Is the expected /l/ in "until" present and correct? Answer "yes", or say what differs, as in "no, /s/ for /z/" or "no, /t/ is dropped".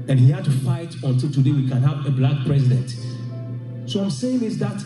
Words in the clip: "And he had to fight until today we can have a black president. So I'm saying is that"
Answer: yes